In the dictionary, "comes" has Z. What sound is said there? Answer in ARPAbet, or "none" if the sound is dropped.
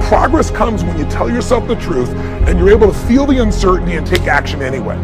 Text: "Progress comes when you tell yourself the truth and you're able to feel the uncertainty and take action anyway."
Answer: Z